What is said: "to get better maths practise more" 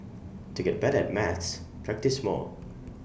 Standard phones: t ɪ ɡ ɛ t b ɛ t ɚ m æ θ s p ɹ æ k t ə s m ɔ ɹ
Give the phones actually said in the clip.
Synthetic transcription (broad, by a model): t ɪ ɡ ɛ t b ɛ t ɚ m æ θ s p ɹ æ k t ə s m ɔ l